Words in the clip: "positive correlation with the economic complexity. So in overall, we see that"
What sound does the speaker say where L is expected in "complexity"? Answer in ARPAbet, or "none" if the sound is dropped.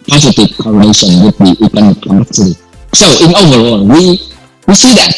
none